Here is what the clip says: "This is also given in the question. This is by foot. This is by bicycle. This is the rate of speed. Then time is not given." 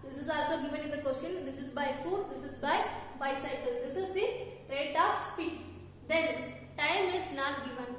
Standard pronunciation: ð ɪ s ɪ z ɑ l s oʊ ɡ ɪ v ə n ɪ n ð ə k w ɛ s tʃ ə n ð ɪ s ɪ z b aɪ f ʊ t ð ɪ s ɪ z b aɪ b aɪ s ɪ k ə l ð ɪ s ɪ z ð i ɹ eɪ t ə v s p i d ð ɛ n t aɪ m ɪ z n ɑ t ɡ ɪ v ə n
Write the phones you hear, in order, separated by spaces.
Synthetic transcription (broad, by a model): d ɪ s ɪ z ɑ l s oʊ ɡ ɪ v ə n ɪ n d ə k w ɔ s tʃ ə n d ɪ s ɪ z b aɪ f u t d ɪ s ɪ z b aɪ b aɪ s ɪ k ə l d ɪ s ɪ z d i ɹ eɪ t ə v s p i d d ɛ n t aɪ m ɪ z n ɑ t ɡ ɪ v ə n